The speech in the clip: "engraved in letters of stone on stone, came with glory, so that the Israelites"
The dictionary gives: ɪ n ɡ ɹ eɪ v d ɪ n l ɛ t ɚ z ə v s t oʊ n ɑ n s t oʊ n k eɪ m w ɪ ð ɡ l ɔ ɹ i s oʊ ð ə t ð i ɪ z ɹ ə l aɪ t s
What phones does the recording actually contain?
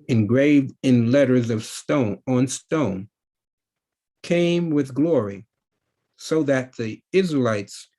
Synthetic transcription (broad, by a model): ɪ n ɡ ɹ eɪ v d ɪ n l ɛ t ɚ z ə v s t oʊ n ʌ n s t oʊ n k eɪ m w ɪ ð ɡ l ɔ ɹ i s oʊ ð ə t ð i ɪ z ɹ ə l aɪ t s